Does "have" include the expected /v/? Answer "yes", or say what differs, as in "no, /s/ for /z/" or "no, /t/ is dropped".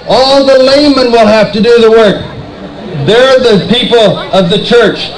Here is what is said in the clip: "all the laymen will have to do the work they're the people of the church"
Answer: no, /f/ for /v/